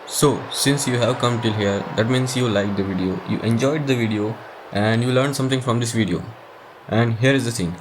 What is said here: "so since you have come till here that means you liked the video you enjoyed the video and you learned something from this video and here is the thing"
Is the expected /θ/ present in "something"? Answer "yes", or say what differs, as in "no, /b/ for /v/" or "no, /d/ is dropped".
no, /t/ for /θ/